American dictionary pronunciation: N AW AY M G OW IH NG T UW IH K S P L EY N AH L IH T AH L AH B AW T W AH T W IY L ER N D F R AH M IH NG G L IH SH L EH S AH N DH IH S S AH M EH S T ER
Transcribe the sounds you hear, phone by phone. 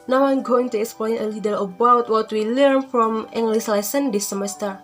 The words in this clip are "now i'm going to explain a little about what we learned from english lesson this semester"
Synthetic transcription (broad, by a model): N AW AY M G OW IH NG T UW IH K S P L EY N AH L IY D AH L AH B AW T W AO T W IY L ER N F R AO M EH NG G L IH S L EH S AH N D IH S S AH M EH S T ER